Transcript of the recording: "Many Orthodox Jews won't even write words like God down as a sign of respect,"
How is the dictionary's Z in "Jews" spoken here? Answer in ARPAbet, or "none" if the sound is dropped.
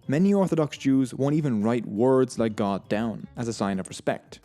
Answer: Z